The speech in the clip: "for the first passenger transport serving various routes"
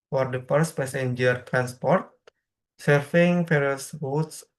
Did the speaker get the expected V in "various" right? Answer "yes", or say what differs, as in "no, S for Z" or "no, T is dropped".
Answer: no, F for V